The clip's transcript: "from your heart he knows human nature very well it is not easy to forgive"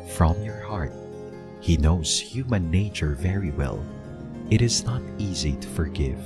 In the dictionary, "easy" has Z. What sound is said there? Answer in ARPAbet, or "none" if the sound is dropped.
Z